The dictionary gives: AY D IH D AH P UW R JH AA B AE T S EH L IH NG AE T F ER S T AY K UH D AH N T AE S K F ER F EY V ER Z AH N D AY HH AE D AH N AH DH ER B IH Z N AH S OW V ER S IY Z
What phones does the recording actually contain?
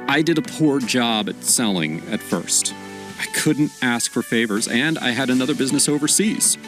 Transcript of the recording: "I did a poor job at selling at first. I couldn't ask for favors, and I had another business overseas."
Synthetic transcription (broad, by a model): AY D IH D AH P UW R JH AA B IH T S EH L IH NG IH T F ER S T AY K UH D N T AE S K F ER F EY V ER Z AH N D AY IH D AH N AH DH ER B IH Z N AH S OW V ER S IY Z